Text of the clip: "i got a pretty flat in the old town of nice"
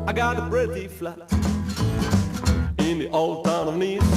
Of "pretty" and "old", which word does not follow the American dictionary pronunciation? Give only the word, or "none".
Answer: pretty